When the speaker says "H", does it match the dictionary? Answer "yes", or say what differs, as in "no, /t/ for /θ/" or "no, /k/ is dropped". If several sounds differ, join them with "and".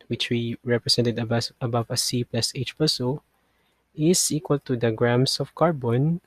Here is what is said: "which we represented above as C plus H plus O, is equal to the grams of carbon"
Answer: yes